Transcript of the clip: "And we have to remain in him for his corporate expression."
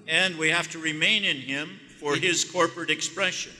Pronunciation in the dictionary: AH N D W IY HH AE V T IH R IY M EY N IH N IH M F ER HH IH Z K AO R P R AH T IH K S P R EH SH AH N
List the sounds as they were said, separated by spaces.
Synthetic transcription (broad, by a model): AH N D W IY HH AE F T IH R IY M EY N IH N IH M F ER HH IH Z K AO R P R AH T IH K S P R EH SH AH N